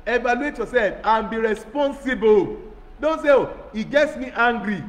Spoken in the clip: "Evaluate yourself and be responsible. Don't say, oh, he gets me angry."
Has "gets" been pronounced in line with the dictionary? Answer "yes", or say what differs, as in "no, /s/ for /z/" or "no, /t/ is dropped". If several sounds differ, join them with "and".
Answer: yes